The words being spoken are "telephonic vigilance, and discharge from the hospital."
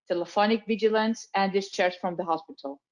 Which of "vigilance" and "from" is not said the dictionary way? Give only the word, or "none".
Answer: none